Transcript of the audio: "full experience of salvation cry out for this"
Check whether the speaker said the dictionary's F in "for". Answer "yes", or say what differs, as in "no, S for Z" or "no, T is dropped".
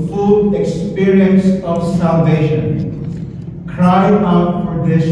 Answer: no, P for F